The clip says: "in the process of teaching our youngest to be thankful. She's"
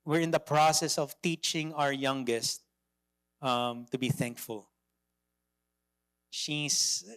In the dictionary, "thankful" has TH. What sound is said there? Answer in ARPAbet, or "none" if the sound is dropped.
TH